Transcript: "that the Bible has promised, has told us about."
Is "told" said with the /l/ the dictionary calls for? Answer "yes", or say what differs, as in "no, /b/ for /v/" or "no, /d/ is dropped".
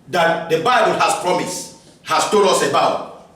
no, /l/ is dropped